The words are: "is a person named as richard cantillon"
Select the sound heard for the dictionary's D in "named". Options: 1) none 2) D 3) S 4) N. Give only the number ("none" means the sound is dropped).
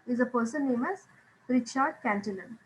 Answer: 1